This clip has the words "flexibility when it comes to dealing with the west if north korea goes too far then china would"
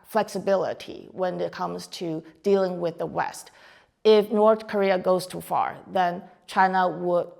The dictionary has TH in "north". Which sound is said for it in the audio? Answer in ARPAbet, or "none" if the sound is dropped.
TH